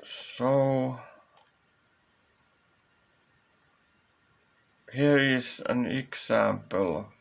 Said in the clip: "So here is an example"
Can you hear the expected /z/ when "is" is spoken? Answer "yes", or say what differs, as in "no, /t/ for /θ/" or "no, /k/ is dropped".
no, /s/ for /z/